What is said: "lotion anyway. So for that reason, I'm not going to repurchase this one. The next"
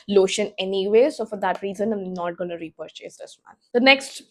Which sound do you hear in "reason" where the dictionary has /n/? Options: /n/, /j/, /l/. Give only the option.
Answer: /n/